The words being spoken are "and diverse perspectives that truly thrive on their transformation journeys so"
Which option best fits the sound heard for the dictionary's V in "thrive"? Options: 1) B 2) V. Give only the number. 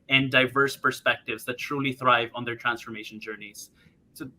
2